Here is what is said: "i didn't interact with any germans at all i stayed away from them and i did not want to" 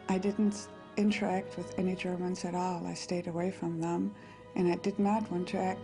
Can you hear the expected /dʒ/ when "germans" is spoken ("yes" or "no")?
yes